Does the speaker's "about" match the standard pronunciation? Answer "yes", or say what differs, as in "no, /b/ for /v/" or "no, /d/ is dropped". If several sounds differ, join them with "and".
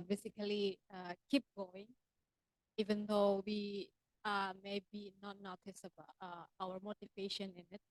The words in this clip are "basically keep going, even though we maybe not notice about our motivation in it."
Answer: no, /t/ is dropped